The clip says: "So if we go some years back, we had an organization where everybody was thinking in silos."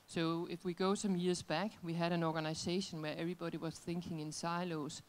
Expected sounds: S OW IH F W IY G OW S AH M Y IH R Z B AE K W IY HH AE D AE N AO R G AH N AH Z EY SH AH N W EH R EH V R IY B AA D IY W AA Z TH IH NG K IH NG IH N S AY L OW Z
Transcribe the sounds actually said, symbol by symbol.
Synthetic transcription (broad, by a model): S OW IH F W IY G OW S AH M Y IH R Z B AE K W IY HH AE D AE N AO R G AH N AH S EY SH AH N W EH R EH V R IY B AA D IY W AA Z TH IH NG K IH NG IH N S AY L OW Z